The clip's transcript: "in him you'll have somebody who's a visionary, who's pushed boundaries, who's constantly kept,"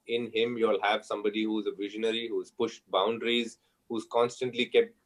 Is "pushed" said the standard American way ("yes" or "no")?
yes